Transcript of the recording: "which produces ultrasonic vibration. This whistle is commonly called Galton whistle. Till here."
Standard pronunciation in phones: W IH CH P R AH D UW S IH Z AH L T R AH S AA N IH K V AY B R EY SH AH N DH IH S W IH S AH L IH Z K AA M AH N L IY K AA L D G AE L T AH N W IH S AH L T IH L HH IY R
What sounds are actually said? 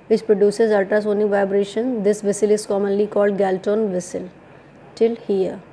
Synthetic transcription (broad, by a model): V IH CH P R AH D UW S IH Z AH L T AH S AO N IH V AY B R EY SH AH N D IH S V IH S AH L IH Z K AA M AH N L IY K AA L D G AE L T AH N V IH S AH L T IH L HH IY R